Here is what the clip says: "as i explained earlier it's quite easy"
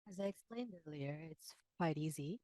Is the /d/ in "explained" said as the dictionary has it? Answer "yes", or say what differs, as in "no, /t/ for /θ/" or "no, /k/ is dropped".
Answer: yes